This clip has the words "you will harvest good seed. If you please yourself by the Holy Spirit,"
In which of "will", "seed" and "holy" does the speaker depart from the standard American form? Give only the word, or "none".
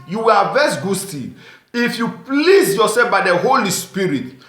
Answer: seed